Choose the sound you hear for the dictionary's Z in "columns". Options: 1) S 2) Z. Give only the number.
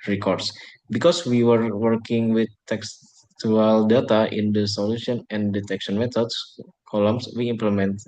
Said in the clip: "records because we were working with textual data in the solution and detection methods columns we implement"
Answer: 1